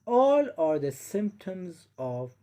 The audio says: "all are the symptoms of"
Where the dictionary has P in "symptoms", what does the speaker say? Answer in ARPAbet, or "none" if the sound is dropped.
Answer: P